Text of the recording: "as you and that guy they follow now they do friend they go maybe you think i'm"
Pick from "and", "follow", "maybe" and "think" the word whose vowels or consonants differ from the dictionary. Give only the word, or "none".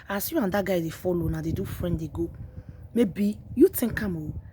think